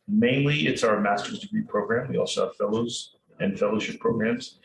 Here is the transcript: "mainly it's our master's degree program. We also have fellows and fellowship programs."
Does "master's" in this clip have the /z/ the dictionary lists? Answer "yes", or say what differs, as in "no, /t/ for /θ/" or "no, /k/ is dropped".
yes